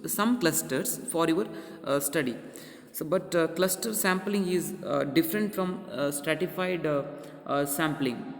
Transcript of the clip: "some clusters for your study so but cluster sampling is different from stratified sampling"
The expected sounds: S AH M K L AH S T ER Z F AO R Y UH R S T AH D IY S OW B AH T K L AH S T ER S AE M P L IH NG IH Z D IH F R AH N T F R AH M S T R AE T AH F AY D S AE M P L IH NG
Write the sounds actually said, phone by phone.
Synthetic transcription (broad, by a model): S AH M K L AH S T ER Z F AO R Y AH R S T AH D IY S OW B AH T K L AH S T ER S AE M P L IH NG IH Z D IH F R AH N T F R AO M S T R AE T AH F AY D S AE M P L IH NG